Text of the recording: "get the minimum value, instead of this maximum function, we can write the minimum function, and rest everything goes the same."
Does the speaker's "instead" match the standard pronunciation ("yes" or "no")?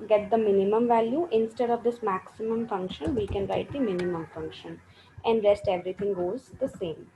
yes